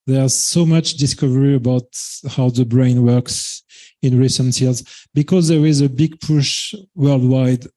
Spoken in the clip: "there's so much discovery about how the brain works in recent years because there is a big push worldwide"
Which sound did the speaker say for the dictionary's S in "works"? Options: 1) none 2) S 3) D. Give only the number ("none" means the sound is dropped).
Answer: 2